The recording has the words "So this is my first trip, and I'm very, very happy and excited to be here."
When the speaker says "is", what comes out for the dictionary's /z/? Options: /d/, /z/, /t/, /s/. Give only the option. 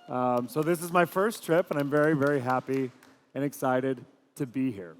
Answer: /z/